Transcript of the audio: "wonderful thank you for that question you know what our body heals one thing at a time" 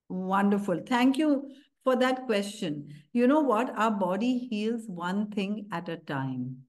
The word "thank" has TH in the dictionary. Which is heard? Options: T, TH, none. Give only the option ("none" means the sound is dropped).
T